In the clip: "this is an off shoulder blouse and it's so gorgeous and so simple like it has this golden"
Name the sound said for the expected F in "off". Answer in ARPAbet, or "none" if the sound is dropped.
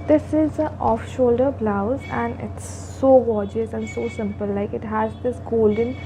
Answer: F